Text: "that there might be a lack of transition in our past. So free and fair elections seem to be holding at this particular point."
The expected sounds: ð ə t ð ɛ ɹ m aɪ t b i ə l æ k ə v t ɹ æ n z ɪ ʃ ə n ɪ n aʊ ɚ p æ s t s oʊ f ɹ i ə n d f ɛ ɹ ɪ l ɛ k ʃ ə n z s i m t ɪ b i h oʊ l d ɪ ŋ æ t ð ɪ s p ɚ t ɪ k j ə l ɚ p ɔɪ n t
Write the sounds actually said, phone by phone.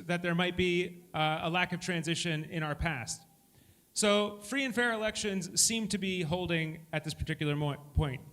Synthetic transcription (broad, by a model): ð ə t ð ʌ ɹ m aɪ t b i ə l æ k ə v t ɹ æ n z ɪ ʃ ə n ɪ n aʊ ɚ p æ s t s oʊ f ɹ i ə n f ɛ ɹ ɪ l ɛ k ʃ ə n z s i m t ɪ b i h oʊ l d ɪ ŋ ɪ t ð ɪ s p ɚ t ɪ k j l ɚ p ɔɪ n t